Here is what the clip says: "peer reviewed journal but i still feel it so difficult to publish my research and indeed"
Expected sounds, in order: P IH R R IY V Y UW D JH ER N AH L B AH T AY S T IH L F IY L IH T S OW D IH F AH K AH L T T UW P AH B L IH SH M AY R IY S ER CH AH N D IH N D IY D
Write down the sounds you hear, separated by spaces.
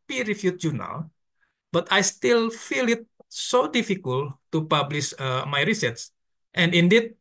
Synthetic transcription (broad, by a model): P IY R R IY F Y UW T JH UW N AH L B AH T AY S T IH L F IY L IH T S OW D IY F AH K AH L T T UW P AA B L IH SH M AY R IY S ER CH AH N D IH N D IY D